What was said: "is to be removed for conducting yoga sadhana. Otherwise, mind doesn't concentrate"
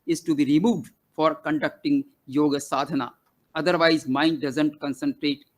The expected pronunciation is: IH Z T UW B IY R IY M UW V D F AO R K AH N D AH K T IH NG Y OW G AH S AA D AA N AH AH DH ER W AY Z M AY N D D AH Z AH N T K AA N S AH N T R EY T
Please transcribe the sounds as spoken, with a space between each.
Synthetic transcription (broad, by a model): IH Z T UW B IY R IY M UW V D F AO R K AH N D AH K T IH NG Y OW G AH S AA D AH N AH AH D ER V AY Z M AY N D D AH Z AH N T K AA N S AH N T R EY T